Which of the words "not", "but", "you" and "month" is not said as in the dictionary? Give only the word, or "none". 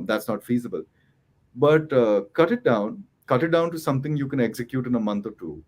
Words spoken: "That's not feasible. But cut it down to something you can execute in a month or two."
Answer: month